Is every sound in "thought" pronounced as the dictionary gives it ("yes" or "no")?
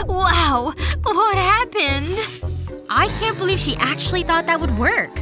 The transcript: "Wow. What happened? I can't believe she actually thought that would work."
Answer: yes